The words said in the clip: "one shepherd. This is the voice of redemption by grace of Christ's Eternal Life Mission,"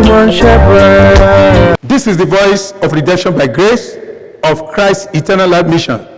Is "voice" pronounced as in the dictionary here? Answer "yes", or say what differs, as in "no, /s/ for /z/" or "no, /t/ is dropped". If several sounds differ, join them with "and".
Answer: yes